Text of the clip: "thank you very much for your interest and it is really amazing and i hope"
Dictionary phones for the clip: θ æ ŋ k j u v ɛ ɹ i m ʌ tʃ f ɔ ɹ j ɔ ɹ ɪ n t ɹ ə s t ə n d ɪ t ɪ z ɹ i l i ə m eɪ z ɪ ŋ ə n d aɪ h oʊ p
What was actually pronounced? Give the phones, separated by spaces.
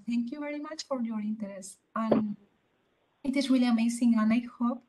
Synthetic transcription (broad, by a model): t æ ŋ k j u v ɛ ɹ i m ʌ tʃ f ɔ ɹ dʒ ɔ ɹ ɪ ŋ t ə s ə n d ɪ t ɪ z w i l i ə m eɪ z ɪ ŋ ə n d aɪ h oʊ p